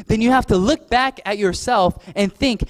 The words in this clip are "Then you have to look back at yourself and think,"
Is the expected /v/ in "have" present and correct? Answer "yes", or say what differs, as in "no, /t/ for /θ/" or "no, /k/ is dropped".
no, /f/ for /v/